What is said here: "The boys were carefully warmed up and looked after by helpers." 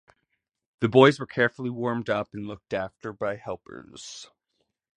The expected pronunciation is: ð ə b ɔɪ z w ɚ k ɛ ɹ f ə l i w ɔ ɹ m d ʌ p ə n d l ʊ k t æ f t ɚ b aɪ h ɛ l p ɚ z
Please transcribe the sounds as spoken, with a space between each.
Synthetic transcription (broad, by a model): ð ə b ɔɪ z w ɚ k ɛ ɹ f l i w ɔ ɹ m d ʌ p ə n l ʊ k t æ f t ɚ b aɪ h ɛ l p ɚ z